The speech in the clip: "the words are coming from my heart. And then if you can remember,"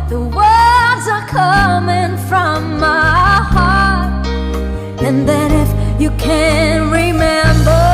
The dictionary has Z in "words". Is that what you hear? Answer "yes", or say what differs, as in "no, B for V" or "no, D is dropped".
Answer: yes